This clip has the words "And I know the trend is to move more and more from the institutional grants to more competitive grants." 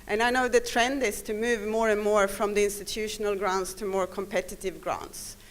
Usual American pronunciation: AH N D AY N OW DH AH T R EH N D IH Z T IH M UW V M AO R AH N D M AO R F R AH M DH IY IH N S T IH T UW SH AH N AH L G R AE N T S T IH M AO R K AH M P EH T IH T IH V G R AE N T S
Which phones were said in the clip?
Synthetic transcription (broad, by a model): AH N AY N OW DH AH T R EH N D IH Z T IH M UW V M AO R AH N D M AO R F R AH M DH IY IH N S T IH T UW SH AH N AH L G R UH N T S T IH M AO R K AH M P EH T IH T IH V G R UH N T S